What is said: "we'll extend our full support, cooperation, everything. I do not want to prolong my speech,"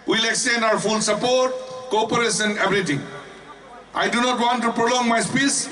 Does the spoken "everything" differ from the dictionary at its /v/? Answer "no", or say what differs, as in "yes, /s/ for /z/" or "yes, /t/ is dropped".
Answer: yes, /b/ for /v/